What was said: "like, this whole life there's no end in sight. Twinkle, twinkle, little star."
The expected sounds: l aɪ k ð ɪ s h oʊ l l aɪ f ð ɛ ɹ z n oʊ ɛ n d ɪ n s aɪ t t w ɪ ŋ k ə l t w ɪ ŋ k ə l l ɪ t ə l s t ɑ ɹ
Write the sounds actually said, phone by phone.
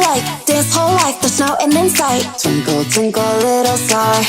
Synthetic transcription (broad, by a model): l aɪ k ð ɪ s h oʊ l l aɪ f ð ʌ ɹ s n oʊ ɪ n ɪ n s aɪ t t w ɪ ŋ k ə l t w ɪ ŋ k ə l l ɪ t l s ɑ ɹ